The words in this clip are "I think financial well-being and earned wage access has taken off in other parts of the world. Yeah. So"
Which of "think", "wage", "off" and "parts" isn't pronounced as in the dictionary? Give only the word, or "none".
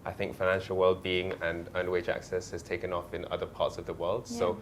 none